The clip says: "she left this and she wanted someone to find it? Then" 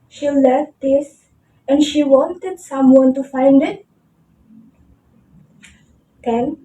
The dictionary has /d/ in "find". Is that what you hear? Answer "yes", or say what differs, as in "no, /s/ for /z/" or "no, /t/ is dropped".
yes